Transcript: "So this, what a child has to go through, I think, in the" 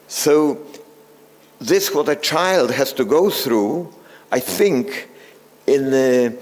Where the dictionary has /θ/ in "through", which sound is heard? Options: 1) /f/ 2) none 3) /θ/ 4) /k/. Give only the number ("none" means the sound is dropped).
3